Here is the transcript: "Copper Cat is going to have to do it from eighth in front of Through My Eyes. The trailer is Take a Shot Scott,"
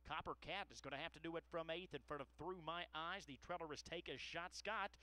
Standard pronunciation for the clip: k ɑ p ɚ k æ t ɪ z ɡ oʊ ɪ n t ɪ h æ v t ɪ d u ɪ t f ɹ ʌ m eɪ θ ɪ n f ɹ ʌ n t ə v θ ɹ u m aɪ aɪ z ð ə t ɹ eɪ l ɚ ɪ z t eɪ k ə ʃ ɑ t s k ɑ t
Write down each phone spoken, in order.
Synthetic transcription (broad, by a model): k ɑ p ɚ k æ t ɪ z ɡ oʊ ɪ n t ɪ h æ f t ɪ d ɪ ɪ t f ɹ ʌ m eɪ θ ɪ n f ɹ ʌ t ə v θ ɹ u m aɪ aɪ z ð ə t ɹ eɪ l ɚ ɪ z t eɪ k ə ʃ ɑ t s k ɑ t